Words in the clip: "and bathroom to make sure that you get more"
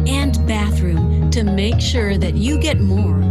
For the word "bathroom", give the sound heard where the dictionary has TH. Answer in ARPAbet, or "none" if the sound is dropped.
TH